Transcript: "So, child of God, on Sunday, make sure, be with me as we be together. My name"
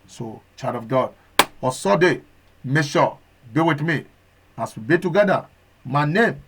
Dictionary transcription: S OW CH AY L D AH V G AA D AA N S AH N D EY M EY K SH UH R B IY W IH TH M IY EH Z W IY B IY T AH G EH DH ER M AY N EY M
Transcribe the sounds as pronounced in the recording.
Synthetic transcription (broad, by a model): S OW CH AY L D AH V G AA D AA S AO D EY M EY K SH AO B IY W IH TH M IY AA S W IY B IY T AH G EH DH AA M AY N EY M